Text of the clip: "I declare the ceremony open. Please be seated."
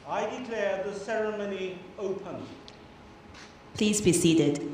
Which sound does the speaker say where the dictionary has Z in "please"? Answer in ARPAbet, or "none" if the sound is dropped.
Z